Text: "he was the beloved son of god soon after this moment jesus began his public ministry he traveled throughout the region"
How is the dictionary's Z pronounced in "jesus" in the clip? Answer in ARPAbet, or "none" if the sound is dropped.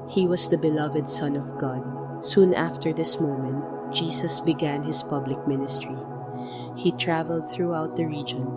S